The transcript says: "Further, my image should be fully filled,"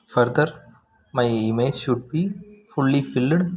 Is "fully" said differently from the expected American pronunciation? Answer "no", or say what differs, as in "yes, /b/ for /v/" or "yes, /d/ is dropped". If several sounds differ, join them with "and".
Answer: no